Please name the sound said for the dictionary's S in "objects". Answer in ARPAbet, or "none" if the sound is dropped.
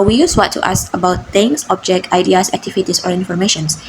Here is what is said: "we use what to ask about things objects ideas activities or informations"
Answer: none